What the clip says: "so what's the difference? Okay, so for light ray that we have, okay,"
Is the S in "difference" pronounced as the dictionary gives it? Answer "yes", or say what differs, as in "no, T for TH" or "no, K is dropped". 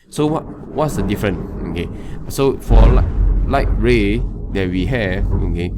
no, S is dropped